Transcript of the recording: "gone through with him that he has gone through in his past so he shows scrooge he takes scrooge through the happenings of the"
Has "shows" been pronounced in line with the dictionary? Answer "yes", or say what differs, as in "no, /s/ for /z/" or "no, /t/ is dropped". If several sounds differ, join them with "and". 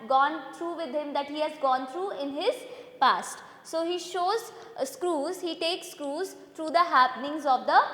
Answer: yes